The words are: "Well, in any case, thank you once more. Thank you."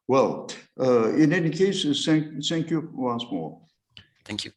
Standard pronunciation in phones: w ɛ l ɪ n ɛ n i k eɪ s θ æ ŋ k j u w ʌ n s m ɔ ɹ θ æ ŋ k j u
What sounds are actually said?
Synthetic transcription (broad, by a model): w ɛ l ɪ n ɛ n i k eɪ s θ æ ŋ k j u w ʌ n s m ɔ ɹ θ æ ŋ k j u